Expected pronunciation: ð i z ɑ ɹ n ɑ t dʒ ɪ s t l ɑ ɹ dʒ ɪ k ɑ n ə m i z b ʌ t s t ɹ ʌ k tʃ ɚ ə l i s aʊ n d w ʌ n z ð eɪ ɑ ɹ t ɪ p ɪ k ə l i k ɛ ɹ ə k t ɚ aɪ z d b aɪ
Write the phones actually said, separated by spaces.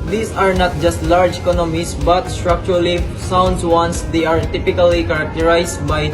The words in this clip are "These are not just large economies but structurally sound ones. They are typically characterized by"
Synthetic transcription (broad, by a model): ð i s ɑ ɹ n ɑ t dʒ ɪ s t l ɑ ɹ dʒ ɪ k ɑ n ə m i s b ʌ t s t ɹ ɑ k tʃ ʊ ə l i s aʊ n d w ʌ n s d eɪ ɑ ɹ t ɪ p ɪ k ə l i k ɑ ɹ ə k t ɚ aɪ s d b aɪ